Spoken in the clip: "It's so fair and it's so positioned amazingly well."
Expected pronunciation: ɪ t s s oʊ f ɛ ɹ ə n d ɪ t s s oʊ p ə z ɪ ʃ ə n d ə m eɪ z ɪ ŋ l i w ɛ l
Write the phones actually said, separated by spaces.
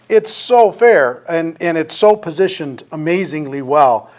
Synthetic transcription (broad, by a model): ɪ t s s oʊ f ɛ ɹ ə n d ɪ t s s oʊ p ə z ɪ ʃ ə n d ə m eɪ z ɪ ŋ l i w ɛ l